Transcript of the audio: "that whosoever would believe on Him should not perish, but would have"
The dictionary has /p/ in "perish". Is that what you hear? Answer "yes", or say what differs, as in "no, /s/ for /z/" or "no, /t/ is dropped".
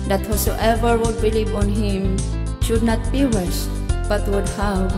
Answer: no, /b/ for /p/